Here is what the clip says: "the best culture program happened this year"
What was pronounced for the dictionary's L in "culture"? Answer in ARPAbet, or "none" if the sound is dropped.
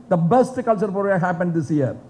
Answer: L